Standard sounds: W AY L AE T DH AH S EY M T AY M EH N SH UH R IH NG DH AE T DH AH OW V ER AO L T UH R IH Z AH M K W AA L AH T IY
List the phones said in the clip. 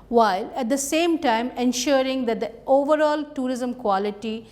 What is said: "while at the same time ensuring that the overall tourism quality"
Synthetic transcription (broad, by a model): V AY L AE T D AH S EY M T AY M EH N SH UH R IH NG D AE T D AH OW V ER AO L T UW R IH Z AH M K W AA L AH T IY